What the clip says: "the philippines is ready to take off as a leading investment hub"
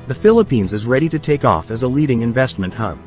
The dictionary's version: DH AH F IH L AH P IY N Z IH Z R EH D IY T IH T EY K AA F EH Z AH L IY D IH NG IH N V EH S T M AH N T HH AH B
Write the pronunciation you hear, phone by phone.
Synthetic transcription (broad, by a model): DH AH F IH L AH P IY N Z IH Z R EH D IY T IH T EY K AA F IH Z AH L IY D IH NG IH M V EH S T M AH N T HH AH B